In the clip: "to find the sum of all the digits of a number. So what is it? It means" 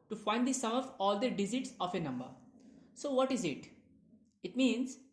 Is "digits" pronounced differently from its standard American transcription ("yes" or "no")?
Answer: yes